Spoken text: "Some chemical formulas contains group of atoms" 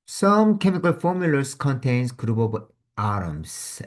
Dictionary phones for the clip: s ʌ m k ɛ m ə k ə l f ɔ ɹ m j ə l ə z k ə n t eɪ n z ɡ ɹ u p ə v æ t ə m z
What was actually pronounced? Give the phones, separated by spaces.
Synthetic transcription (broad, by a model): s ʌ m k ɛ m ə k ə l f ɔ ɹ m j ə l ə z k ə n t eɪ n s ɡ ɹ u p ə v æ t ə m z